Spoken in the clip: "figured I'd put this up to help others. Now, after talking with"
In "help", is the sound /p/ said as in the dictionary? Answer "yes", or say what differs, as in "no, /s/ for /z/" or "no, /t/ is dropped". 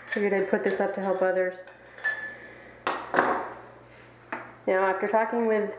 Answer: yes